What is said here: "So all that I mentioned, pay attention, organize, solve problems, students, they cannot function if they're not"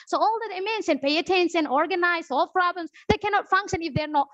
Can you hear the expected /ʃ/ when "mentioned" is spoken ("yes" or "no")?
no